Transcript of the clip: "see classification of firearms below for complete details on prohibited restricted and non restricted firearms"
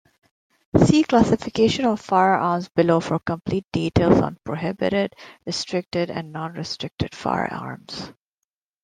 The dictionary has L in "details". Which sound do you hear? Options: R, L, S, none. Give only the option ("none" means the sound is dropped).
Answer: L